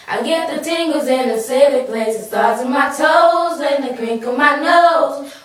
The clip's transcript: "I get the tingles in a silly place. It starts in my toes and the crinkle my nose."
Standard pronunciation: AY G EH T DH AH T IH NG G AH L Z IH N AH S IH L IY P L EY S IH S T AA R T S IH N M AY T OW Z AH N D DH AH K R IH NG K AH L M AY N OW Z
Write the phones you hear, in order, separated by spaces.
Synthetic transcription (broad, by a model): AY G EH T DH AH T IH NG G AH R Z IH N AH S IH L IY P L EY S IH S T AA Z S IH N M AY T OW Z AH N DH AH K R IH NG K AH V M AY N OW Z